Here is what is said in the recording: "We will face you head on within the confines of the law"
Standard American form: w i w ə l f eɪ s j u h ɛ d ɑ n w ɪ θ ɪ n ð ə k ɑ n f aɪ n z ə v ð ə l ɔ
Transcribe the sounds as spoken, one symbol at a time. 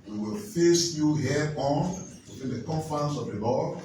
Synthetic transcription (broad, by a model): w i w ə l f eɪ s j u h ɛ ɑ n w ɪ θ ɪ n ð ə k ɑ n f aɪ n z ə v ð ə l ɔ